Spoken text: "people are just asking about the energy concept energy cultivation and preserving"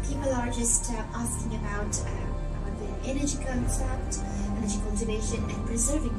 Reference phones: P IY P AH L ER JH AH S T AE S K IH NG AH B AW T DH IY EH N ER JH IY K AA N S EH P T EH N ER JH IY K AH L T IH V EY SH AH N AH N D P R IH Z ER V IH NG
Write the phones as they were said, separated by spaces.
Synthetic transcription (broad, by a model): P IY P L ER JH AH S T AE S K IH NG AH B AW T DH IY EH N ER JH IY K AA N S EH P T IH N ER JH IY K AH L T IH V EY SH AH N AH N P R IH Z ER V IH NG